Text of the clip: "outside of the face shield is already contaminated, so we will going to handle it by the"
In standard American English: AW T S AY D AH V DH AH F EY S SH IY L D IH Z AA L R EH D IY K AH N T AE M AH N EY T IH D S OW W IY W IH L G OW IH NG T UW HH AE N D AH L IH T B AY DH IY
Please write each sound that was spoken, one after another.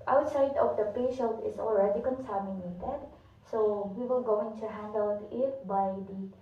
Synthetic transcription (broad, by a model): AW T S AY D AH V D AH P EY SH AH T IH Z AA L R EH D IY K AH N S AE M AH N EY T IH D S OW W IY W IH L G OW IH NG T UW HH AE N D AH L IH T B AY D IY